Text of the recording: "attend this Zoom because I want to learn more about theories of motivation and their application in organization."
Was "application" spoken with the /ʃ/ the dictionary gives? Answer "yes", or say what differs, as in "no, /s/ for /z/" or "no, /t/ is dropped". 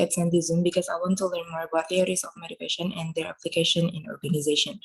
yes